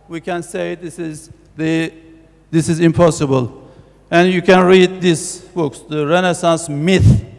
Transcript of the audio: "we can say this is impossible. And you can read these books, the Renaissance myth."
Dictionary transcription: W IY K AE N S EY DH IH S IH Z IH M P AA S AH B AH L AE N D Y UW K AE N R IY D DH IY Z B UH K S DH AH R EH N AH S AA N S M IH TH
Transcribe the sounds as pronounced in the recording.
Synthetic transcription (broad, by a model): W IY K AE N S EY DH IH S IH Z IH M P AA S AH B AH L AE N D Y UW K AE N R IY D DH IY S B UH K S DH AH R EH N AH S AA N S M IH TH